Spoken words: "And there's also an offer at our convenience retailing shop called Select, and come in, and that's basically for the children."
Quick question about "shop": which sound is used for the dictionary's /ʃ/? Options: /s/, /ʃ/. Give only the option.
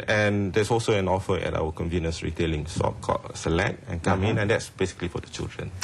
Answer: /s/